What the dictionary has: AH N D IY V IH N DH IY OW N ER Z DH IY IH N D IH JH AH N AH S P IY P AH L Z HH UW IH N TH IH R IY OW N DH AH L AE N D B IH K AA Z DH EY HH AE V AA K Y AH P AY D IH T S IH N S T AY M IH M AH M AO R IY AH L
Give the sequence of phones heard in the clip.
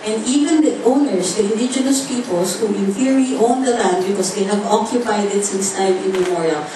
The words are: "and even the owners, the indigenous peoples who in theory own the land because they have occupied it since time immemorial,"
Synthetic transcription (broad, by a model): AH N D IY V IH N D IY OW N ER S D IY IH N D IH JH AH N AH S P IY P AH L S HH UW IH N F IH R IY OW N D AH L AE N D B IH K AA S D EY HH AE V AA K Y AH P AY D IH T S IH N S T AY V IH M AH M AO R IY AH L